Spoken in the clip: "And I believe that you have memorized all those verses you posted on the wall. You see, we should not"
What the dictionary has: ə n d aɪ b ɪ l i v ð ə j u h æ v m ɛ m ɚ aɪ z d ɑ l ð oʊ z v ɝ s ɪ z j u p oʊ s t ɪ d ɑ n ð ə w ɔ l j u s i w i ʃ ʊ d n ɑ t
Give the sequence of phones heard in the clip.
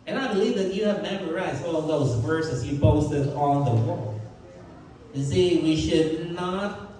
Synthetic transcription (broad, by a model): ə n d aɪ b ɪ l i v ð ə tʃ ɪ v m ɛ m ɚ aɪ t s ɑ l ð oʊ z v ɝ s ɪ z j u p oʊ s t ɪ d n ð ə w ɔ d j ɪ s i w i ʃ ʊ d n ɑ t